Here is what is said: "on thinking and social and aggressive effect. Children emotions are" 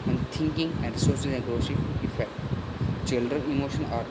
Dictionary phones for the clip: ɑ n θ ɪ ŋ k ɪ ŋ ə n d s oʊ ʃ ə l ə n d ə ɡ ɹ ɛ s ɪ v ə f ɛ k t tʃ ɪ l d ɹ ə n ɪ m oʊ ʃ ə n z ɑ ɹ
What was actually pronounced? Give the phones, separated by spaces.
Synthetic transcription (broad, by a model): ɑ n t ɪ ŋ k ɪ ŋ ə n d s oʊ s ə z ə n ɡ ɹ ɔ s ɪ ə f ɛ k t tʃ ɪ l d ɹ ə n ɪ m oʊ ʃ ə n ɑ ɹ